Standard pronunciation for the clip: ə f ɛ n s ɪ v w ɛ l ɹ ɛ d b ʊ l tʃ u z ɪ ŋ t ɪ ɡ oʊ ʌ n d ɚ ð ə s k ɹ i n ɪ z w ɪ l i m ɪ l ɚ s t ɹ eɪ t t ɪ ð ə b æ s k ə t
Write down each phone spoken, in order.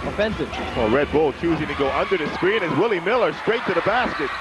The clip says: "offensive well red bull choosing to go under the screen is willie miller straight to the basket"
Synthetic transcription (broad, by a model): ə f ɛ n s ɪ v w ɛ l ɹ ɛ d b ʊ l tʃ u z ɪ ŋ t ɪ ɡ oʊ ʌ n d ɚ ð ə s k ɹ i n ɪ z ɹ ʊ l i m ɪ l ɚ s t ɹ eɪ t t ɪ ð ə b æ s k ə t